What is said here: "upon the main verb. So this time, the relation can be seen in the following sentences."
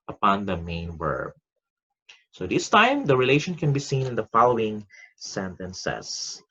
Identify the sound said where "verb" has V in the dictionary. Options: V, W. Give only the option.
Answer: W